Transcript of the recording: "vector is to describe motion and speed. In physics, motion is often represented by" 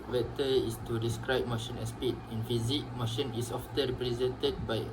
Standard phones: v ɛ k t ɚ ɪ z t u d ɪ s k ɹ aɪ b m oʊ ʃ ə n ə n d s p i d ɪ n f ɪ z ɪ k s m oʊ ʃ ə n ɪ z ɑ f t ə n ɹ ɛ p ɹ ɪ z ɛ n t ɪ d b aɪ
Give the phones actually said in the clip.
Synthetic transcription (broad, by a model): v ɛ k t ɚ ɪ s t u d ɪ s k ɹ aɪ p m oʊ ʃ ə n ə s p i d ɪ n f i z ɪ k m oʊ ʃ ə n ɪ s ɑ f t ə ɹ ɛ p ɹ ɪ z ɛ n t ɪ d b aɪ